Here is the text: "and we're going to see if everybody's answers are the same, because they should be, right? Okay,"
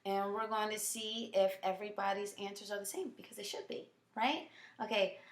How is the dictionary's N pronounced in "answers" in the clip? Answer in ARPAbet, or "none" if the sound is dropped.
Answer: N